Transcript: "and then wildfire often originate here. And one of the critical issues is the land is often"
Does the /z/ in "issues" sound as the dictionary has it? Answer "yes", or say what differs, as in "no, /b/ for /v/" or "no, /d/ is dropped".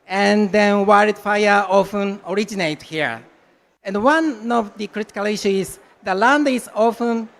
no, /z/ is dropped